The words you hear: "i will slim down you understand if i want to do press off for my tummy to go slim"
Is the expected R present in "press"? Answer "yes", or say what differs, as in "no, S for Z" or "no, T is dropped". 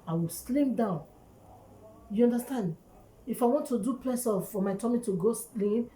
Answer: no, L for R